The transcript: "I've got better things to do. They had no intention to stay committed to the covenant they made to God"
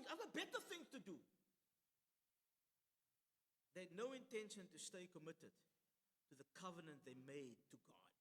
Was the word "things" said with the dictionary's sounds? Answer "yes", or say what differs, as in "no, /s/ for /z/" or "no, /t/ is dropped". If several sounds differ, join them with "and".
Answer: no, /z/ is dropped